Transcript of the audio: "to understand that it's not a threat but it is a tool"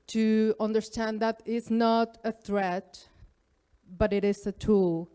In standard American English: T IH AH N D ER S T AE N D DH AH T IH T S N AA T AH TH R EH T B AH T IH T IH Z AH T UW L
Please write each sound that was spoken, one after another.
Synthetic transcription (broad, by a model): T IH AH N D ER S T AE N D DH AH T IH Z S N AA T AH TH R EH T B AH T IH T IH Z AH T UW L